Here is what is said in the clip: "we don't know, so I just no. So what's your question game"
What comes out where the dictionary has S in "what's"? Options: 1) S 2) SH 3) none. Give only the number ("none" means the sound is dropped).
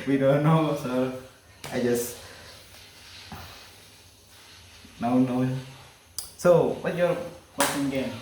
3